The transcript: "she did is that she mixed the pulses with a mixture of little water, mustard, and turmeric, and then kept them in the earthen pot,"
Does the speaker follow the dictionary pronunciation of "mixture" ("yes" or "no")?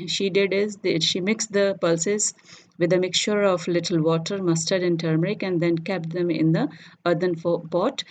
yes